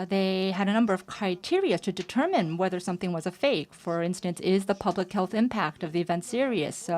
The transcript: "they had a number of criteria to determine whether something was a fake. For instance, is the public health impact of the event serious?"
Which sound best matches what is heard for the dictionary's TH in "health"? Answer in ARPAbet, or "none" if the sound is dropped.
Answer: TH